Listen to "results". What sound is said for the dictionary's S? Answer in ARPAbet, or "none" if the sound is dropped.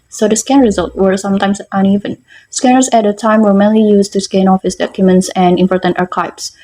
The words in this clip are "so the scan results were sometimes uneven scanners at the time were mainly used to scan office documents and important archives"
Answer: none